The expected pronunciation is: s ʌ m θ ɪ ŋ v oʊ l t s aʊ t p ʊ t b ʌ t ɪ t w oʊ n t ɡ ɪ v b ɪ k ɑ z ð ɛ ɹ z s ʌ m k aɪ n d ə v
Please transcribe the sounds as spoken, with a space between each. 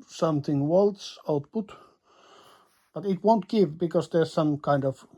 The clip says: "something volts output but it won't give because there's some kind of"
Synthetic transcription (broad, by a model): s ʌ m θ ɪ ŋ w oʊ l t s aʊ t p ʊ t b ʌ t ɪ t w oʊ n t ɡ ɪ v b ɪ k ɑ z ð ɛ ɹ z s ʌ m k aɪ n d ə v